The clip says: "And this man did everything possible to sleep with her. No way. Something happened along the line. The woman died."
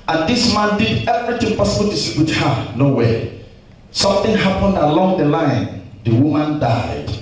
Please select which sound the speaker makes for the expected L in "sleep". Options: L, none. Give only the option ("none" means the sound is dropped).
none